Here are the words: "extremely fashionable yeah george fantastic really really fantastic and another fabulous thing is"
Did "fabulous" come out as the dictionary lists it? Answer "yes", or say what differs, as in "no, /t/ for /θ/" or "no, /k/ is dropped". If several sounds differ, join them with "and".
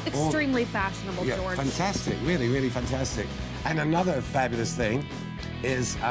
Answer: yes